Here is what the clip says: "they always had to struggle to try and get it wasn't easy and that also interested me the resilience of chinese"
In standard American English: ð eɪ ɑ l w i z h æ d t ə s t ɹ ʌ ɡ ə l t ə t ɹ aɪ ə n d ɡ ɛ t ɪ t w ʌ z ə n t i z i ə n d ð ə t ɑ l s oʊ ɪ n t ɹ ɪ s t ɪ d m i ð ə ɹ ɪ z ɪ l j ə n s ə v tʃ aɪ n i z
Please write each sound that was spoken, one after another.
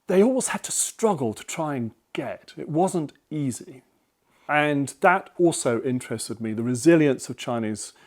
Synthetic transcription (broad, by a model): ð eɪ ɑ l w i z h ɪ d t ə s t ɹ ʌ ɡ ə l t ə t ɹ aɪ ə n ɡ ɛ t ɪ t w ʌ z ə n t i z i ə n ð ə t ɑ l s oʊ ɪ n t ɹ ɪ s t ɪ d m i ð ə ɹ ɪ z ɪ l j ə n s ə v tʃ aɪ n i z